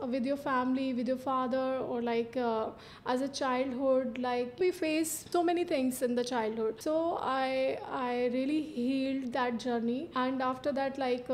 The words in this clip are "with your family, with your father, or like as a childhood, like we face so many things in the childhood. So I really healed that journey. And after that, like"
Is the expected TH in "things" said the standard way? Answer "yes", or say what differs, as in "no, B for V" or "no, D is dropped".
no, T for TH